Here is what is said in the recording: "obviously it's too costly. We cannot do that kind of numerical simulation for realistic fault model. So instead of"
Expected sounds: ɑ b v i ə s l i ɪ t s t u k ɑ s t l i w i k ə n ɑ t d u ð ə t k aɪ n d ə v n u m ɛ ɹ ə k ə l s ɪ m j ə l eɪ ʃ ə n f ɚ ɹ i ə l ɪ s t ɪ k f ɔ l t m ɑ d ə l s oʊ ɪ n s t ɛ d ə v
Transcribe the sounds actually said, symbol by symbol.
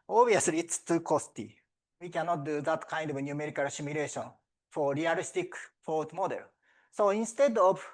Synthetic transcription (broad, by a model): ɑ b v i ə s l i t s t u k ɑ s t i w i k ə n ɑ t d u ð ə t k aɪ n d ə v n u m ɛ ɹ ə k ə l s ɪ m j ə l eɪ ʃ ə n f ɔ ɹ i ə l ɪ s t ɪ k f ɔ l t m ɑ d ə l s oʊ ɪ n s t ɛ d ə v